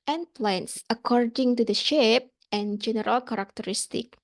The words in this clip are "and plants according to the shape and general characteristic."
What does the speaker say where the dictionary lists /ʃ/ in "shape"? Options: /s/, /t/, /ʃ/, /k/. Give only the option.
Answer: /ʃ/